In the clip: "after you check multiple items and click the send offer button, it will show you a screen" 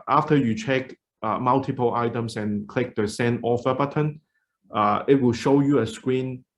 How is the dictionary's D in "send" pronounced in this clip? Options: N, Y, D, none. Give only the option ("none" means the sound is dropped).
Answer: none